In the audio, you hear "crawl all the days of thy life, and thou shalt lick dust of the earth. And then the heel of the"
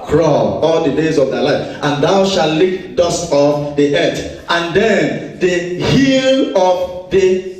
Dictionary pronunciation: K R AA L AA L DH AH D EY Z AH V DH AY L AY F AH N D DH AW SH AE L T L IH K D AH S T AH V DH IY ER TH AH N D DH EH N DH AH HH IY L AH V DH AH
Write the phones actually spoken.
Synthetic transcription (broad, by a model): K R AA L AA L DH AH D EY Z AH V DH AY L AY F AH N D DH AW SH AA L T L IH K D AH S T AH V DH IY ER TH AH N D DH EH N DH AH HH IY L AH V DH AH